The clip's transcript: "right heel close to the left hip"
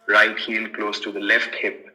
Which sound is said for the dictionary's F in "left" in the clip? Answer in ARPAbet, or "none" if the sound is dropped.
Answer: F